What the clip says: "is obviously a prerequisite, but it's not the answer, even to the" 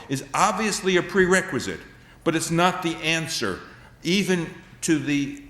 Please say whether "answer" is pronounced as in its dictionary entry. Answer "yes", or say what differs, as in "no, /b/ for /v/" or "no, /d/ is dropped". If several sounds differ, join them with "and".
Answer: yes